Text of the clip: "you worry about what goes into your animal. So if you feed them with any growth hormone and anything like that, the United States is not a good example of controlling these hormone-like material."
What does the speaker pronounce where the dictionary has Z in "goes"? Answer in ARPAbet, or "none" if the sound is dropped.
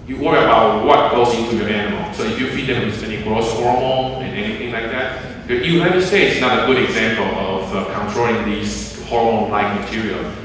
S